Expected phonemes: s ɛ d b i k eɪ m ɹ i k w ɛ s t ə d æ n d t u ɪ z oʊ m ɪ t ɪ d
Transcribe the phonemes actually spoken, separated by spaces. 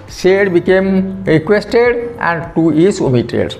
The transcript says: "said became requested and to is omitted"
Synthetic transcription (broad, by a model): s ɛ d b i k eɪ m ɹ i k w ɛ s t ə d æ n d t u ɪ s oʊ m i t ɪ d